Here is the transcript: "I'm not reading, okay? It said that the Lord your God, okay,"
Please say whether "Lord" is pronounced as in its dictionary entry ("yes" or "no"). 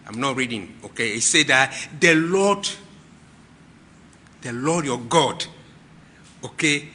no